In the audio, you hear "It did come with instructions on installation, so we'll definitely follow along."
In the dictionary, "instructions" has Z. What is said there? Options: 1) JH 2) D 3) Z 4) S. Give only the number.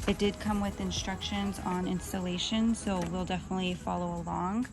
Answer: 3